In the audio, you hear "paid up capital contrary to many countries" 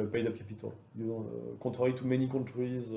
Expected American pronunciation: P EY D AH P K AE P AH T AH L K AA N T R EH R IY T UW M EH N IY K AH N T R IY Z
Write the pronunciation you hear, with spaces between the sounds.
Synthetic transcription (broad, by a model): P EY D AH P K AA P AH T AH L K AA T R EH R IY T UW M EH N IY K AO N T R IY Z